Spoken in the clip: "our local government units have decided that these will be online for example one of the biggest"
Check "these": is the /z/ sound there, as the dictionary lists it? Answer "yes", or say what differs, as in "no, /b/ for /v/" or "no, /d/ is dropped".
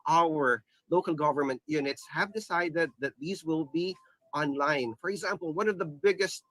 yes